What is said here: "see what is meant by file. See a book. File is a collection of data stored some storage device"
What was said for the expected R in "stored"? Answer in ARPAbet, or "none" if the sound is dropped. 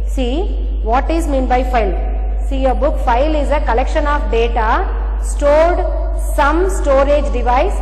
R